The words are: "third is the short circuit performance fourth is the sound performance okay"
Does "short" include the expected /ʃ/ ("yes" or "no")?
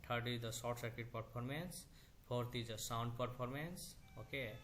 no